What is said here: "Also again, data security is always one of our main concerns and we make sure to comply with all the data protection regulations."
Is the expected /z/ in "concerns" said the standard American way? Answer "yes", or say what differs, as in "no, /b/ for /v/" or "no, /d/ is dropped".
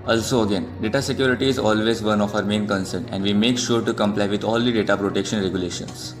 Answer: no, /z/ is dropped